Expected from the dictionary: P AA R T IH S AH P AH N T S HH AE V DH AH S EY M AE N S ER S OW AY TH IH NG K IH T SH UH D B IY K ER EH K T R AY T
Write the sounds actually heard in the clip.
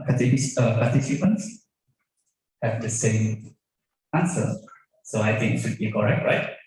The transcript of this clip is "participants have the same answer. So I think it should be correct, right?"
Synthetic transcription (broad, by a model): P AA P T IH S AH P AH N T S HH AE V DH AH S EY M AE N S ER S OW AY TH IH NG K IH T SH UH D B IY K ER EH K T R AY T